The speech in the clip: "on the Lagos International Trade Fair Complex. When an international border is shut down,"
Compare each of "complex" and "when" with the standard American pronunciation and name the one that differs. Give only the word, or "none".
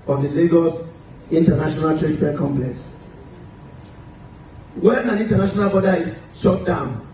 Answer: none